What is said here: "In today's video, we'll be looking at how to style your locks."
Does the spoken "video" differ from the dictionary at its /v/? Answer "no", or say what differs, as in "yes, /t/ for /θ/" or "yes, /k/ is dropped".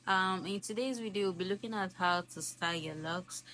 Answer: yes, /w/ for /v/